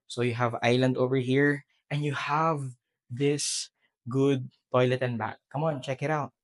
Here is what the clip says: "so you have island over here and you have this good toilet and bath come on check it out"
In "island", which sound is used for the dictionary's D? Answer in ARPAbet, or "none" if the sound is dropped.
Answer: D